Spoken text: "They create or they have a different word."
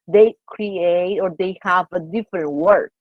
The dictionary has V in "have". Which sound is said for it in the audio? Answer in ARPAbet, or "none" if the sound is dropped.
V